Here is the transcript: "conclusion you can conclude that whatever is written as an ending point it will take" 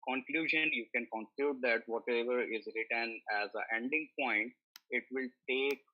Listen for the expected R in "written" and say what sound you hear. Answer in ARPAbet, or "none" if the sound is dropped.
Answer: R